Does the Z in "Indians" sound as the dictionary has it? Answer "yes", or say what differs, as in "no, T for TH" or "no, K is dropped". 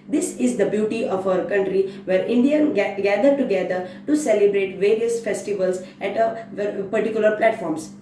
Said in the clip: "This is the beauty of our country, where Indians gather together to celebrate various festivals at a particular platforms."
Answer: no, Z is dropped